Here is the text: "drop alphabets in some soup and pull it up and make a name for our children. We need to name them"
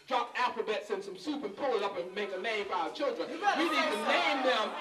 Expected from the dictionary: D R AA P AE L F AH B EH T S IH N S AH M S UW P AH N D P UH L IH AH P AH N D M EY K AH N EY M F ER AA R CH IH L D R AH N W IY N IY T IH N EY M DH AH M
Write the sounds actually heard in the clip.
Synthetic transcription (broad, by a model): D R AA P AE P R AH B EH T S IH N S AH M S UW P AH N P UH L AH P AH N M EY K AH L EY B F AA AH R CH IH L D R AH N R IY L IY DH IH N EY M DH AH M